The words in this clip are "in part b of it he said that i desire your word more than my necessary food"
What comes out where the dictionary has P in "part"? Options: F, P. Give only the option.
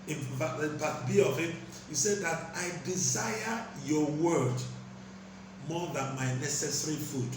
F